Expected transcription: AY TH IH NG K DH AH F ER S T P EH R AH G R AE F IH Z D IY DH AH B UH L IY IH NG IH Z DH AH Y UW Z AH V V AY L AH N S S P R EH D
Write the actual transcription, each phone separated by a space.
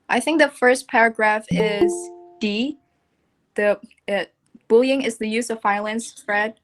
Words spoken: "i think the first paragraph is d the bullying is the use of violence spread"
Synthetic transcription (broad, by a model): AY TH IH NG K DH AH F ER S P EH R AH G R AE F IH Z D IY DH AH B UH L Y IH NG IH Z DH AH Y UW Z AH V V AY L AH N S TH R EH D